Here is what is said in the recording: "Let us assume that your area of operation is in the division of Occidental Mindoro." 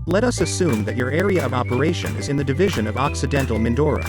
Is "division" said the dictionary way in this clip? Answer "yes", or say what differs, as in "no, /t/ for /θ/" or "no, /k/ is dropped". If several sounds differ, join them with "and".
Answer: yes